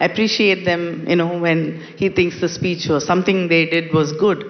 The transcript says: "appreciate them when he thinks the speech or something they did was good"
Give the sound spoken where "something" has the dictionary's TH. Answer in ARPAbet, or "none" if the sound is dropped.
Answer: T